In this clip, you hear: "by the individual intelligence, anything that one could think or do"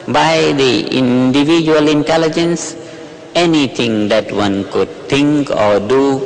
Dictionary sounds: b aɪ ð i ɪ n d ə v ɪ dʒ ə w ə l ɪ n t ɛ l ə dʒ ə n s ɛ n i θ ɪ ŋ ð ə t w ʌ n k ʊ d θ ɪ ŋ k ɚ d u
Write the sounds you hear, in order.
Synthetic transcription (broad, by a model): b aɪ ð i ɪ n d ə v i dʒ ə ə l ɪ n t ɛ l ə dʒ ə n s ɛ n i t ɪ ŋ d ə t w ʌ n k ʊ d t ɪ ŋ k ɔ d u